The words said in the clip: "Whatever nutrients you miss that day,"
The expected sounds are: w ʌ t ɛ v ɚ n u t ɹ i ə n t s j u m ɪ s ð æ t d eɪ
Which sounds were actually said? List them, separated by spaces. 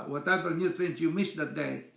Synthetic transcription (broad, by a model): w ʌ t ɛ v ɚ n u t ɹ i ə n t j u m ɪ s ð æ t d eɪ